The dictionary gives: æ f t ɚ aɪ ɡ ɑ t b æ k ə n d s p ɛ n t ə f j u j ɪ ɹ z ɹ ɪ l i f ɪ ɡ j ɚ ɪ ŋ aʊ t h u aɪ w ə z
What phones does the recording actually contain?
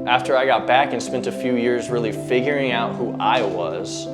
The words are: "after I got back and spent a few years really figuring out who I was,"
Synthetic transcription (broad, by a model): æ f t ɚ aɪ ɡ ɑ t b æ k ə n s p ɛ n t ə f j u j ɪ ɹ z ɹ ɪ l i f ɪ ɡ j ɚ ɪ ŋ aʊ t h u aɪ w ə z